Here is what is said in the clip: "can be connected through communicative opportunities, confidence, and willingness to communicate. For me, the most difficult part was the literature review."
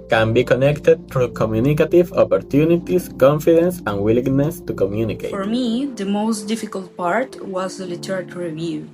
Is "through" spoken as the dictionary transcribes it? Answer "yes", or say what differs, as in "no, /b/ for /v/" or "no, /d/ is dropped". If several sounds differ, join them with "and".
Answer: no, /t/ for /θ/